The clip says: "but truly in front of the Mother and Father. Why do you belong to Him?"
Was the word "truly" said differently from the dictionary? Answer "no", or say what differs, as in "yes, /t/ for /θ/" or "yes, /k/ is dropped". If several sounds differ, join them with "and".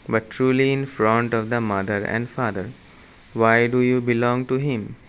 no